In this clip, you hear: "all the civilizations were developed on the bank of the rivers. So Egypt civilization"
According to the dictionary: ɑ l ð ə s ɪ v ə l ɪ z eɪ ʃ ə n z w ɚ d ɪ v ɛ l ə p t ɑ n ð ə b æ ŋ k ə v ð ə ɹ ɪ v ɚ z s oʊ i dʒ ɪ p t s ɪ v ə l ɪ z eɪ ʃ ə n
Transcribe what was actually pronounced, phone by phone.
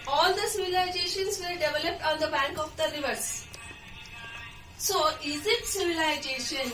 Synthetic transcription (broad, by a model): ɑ l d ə s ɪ v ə l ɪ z eɪ ʃ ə n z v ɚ d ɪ v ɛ l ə p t ɑ n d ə b æ ŋ k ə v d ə ɹ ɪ v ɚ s s oʊ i z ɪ t s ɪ v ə l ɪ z eɪ ʃ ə n